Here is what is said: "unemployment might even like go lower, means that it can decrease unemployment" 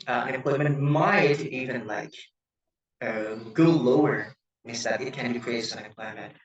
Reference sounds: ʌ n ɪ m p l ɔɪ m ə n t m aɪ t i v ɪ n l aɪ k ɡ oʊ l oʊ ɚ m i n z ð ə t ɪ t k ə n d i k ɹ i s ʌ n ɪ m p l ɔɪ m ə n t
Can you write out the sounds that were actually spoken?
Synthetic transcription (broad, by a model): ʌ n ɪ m p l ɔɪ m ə n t m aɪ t i v ɪ n l aɪ k ɡ oʊ l oʊ ɚ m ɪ z ð ə t ɪ t k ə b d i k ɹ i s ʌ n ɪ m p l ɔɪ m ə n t